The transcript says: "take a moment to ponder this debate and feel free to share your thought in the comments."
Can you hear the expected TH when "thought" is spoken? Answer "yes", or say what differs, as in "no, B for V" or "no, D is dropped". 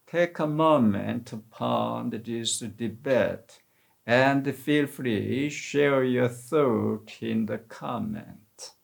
yes